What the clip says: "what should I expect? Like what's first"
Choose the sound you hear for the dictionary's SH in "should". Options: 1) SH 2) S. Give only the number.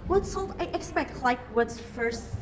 2